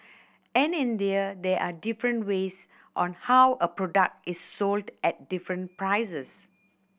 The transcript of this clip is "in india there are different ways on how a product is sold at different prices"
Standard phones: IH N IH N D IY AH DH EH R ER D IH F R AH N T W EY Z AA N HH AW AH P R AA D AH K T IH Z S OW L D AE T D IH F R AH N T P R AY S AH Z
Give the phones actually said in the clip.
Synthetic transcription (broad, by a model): IH N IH N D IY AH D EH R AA D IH F R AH N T W EY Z AA N HH AW AH P R AA D AH K T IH S OW L D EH T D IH F R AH N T P R AY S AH S